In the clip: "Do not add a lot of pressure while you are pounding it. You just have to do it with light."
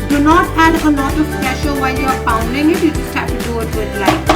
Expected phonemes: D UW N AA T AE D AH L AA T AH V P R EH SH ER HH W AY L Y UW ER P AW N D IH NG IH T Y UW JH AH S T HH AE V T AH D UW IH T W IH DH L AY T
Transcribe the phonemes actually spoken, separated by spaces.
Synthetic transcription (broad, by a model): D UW N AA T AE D AH L AA T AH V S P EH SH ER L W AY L Y UW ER F AW N D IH NG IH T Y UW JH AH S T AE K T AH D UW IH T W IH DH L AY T